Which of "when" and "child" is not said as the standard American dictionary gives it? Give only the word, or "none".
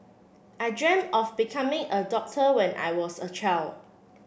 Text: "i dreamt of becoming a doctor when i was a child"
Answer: child